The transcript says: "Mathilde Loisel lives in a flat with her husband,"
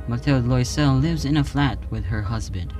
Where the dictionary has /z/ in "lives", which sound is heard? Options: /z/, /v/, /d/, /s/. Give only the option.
/z/